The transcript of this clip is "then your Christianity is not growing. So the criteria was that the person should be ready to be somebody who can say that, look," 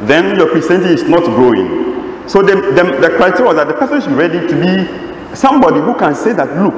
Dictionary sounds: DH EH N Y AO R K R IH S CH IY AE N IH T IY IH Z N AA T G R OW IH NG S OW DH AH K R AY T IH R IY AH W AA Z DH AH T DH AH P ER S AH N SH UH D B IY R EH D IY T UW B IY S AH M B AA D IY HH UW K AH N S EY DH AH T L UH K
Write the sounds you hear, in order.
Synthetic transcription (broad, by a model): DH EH N Y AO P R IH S IY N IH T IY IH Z N AA T G R OW IH NG S OW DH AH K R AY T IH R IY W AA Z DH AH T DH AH P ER S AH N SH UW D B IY R EH D IY T UW B IY S AH M B AA D IY HH UW K AH N S EY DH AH T L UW K